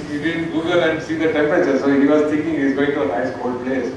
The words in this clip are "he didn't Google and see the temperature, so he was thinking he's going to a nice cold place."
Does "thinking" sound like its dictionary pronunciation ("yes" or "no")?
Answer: no